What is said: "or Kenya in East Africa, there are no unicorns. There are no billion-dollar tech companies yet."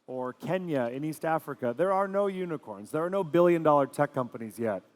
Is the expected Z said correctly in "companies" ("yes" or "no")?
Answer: yes